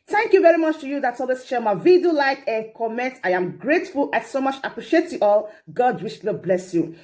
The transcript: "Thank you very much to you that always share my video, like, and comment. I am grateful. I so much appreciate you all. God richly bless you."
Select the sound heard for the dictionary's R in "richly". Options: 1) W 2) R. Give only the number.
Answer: 1